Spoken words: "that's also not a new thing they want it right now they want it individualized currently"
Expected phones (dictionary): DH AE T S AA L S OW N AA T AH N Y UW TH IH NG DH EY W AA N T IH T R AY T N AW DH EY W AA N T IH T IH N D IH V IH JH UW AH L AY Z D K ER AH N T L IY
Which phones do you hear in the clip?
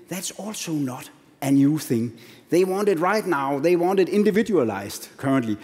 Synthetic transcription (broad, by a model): DH AE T S AA L S OW N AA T AH N Y UW TH IH NG DH EY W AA N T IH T R AY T N AW DH EY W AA N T IH T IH N D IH V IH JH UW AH L AY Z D K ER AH N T L IY